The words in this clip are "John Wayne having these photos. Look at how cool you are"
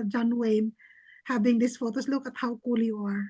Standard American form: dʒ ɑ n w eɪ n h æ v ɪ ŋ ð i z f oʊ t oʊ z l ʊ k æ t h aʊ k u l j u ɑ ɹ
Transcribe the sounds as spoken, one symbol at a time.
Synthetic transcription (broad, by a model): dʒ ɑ n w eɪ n h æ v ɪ ŋ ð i s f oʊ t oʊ s l ʊ k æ t h aʊ k u l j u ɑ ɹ